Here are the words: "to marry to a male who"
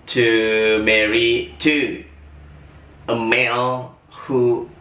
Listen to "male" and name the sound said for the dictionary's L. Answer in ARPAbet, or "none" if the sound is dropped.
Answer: N